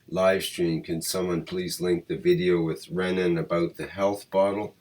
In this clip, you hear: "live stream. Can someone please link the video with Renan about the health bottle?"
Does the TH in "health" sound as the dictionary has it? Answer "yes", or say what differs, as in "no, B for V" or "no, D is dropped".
yes